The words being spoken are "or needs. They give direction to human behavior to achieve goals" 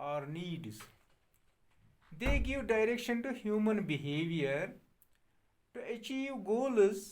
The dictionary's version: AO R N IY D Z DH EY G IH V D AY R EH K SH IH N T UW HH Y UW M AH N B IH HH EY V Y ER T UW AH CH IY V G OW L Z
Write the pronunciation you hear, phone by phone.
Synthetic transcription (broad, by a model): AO R N IY D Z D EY G IH V D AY R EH K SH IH N T UW HH Y UW M AH N B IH HH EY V Y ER T UW AH CH IY V G OW L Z